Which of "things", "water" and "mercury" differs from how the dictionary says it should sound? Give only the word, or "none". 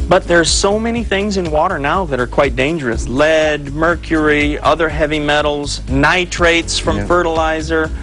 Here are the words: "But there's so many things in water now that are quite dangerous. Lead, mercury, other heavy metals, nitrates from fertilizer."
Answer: none